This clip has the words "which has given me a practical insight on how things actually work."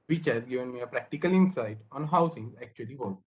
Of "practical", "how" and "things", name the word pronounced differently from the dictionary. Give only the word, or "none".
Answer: things